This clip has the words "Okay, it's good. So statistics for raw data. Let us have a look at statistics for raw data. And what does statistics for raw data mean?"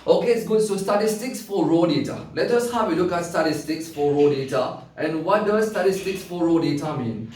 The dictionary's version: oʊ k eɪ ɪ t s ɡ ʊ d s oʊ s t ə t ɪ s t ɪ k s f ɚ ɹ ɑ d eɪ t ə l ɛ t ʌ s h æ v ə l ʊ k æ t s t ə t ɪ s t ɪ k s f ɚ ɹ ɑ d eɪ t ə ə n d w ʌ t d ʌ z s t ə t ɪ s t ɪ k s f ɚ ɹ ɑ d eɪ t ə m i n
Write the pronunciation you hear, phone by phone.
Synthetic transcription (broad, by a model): oʊ k eɪ ɪ t s ɡ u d s oʊ s t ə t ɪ s t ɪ k s f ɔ ɹ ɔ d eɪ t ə l ɛ t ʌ s h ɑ w ə l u k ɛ t s t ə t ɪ s t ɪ k s f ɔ ɹ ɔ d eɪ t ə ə n w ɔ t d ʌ s t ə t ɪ s t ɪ k s f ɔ ɹ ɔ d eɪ t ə m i n